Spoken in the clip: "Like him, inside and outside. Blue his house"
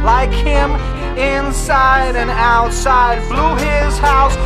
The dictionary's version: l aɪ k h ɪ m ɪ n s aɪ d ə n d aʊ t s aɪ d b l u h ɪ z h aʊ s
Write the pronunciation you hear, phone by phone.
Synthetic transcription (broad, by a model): l aɪ k h ɪ m ɪ n s aɪ d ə n aʊ t s aɪ d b l u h ɪ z h aʊ s